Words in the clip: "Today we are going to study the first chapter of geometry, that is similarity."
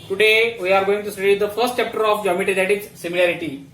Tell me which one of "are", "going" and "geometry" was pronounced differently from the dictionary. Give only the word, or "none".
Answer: geometry